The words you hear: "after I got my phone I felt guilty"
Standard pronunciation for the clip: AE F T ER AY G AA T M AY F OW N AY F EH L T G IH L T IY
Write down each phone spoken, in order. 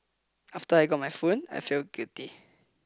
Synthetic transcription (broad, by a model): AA F T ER AY G AA T M AY F OW N AY F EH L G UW T IY